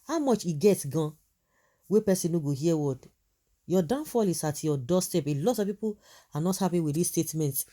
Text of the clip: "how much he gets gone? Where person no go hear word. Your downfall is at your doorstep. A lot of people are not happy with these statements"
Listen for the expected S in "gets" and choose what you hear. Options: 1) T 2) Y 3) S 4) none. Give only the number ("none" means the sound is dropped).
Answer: 4